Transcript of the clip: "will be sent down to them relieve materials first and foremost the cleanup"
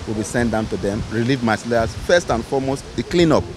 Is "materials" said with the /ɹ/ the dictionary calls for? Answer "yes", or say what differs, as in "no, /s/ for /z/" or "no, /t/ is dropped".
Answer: no, /l/ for /ɹ/